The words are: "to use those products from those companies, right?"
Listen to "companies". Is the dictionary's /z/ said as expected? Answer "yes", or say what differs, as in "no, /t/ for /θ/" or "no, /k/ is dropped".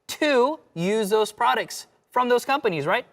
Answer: yes